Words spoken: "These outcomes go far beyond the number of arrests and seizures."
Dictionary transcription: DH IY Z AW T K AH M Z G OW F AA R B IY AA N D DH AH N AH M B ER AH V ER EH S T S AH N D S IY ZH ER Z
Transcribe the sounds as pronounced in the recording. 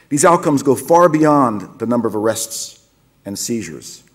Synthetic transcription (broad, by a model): DH IY Z AW T K AH M Z G OW F AA R B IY AA N DH AH N AH M B ER AH V ER EH S T S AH N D S IY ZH ER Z